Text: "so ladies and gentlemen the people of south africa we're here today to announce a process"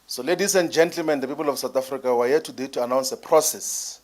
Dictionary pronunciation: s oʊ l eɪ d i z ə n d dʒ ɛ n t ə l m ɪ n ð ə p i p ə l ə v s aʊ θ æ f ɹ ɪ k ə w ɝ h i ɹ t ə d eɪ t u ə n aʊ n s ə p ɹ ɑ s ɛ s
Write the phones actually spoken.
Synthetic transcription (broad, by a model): s oʊ l eɪ d i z ə n d dʒ ɛ n t ə l m ɪ n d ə p i p ə l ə f s aʊ t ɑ f ɹ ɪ k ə w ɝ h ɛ t ə d eɪ t u ə n aʊ n s ə p ɹ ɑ s ɛ s